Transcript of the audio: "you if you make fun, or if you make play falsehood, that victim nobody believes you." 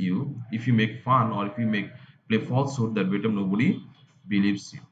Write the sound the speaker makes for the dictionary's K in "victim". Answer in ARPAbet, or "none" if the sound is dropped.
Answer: none